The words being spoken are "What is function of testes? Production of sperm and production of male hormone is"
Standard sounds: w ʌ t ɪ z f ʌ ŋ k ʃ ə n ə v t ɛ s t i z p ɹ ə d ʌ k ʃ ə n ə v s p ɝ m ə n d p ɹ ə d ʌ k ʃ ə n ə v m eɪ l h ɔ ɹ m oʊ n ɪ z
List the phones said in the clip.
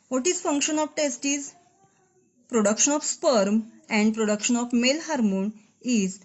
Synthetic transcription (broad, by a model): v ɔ t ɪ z f ʌ ŋ k ʃ ə n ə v t ɛ s t i z p ɹ ə d ʌ k ʃ ə n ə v s p ɝ m ə n d p ɹ ə d ʌ k ʃ ə n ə f m eɪ l h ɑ ɹ m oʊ n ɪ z